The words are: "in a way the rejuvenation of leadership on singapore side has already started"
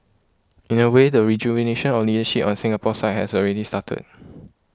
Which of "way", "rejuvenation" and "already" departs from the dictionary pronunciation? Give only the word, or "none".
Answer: rejuvenation